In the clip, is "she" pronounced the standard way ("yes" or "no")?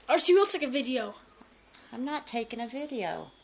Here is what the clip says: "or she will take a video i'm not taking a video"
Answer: no